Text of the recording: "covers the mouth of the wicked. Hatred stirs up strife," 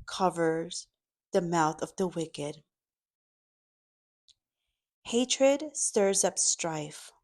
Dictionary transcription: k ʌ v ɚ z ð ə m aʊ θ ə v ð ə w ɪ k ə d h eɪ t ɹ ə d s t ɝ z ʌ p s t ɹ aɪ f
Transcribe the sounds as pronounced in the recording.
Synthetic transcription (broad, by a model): k ʌ v ɚ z ð ə m aʊ θ ə v ð ə w ɪ k ə d h eɪ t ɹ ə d s t ɝ z ʌ p s t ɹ aɪ f